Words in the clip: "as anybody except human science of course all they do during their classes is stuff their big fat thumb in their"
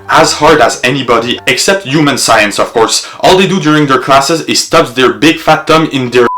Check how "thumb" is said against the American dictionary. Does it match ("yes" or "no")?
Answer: no